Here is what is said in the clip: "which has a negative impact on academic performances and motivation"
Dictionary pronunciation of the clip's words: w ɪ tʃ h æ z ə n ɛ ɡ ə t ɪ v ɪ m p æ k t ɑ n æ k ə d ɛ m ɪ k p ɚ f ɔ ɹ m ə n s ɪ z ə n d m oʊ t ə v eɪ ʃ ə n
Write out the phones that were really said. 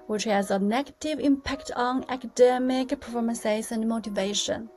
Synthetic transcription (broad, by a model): w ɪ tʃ h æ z ə n ɛ ɡ ə t ɪ v ɪ m p æ k t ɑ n æ k ə d ɛ m ɪ k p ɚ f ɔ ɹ m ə s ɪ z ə n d m oʊ t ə v eɪ ʃ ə n